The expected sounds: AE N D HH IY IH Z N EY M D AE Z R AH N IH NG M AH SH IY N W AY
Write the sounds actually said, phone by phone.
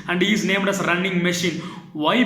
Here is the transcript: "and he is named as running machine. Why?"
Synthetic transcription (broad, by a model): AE N D HH IY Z N EY M D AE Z R AH N IH NG M AH SH IY N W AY